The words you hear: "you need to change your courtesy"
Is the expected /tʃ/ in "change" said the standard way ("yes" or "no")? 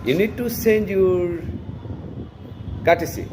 no